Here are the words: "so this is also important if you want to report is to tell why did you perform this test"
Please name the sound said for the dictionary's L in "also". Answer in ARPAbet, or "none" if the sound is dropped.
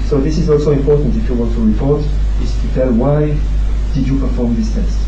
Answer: L